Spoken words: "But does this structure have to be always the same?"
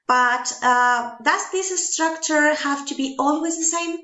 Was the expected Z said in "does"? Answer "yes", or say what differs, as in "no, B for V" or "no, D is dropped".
no, S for Z